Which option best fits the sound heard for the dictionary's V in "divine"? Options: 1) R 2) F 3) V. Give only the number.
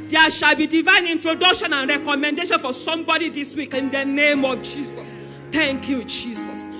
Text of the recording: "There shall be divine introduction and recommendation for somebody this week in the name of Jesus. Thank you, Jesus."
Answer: 3